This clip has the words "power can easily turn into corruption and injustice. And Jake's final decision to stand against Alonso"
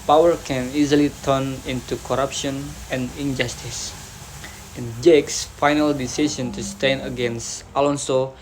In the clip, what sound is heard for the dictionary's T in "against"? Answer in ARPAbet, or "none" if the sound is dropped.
T